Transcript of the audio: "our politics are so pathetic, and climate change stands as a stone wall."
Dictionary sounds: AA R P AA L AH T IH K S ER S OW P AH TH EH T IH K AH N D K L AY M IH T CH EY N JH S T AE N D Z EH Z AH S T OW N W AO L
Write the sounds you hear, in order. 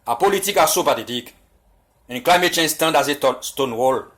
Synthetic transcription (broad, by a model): AA P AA L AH T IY K AA S OW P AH T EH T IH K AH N K L AY M IH T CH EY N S T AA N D AA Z AH S T OW N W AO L